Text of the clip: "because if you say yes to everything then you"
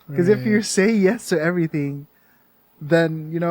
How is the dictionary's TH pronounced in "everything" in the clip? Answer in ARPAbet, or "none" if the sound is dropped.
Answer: TH